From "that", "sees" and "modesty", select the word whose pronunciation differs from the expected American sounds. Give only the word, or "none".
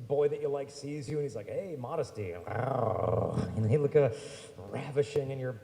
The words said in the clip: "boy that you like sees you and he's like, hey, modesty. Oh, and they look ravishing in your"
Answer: none